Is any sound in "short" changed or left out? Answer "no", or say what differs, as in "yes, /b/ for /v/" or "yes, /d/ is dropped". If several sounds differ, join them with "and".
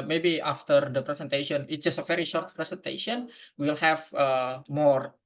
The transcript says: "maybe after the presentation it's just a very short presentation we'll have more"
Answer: no